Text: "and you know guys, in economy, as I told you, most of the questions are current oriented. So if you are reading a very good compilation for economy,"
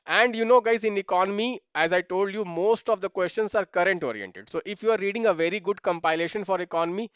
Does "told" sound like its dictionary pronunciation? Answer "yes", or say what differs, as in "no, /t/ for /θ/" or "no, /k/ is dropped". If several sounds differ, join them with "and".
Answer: yes